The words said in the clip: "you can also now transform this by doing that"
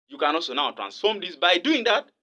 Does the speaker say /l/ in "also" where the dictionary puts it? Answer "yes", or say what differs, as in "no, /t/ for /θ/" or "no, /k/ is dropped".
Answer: yes